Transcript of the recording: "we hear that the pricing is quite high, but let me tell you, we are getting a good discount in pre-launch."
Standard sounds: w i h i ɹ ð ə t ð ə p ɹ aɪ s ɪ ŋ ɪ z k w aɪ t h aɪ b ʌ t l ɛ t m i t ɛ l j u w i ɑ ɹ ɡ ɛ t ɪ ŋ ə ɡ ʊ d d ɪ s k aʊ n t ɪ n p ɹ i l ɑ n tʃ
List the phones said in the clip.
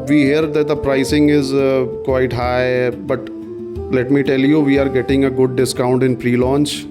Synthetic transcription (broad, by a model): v i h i ɹ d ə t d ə p ɹ aɪ s ɪ ŋ ɪ z k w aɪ t h aɪ b ʌ t l ɛ t m i t ɛ l j u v i ɑ ɹ ɡ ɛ t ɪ ŋ ə ɡ ʊ d d ɪ s k aʊ n t ɪ n p ɹ i l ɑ n tʃ